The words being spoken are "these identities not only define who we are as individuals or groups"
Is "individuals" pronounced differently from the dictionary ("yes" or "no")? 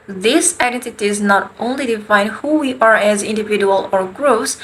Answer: yes